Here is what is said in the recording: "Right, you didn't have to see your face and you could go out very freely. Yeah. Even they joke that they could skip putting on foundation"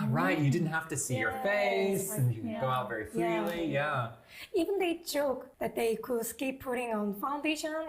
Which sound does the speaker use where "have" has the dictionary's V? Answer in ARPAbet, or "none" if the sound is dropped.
F